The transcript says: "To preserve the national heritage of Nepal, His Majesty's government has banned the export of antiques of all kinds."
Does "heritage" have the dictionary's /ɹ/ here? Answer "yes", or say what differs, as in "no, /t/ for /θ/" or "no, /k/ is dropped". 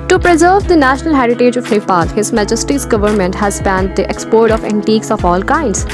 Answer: yes